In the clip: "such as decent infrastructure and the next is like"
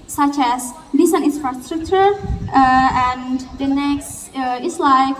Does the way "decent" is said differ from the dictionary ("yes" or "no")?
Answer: yes